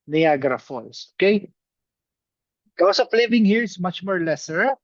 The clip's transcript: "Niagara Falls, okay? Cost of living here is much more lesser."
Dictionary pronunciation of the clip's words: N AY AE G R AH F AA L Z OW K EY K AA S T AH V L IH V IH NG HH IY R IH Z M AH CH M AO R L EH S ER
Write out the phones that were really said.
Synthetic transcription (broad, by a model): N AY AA G R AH F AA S OW K EY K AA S AH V L IH V IH NG HH IY R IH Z M AH CH M AO R L EH S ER